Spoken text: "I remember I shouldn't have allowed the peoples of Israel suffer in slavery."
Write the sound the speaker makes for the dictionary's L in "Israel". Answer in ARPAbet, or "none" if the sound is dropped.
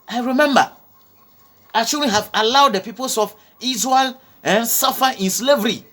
N